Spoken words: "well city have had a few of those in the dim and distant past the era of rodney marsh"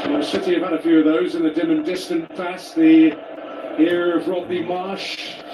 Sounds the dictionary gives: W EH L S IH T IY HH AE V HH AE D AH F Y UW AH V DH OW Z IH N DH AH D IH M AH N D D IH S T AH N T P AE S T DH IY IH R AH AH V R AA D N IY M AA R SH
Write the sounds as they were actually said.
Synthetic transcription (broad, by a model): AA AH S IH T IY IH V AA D AH F Y UW AH V DH OW Z IH N DH AH D IH M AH N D D IH S T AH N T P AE S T DH IY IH R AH AH V R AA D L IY M AA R SH